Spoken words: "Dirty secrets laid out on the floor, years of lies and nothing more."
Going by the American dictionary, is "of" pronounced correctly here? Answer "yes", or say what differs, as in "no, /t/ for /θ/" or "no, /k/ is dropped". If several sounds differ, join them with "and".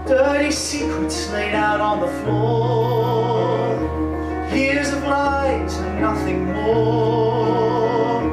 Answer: no, /b/ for /v/